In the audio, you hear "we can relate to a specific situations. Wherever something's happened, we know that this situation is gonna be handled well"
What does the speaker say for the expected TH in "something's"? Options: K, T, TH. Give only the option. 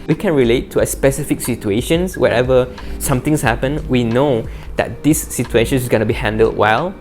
T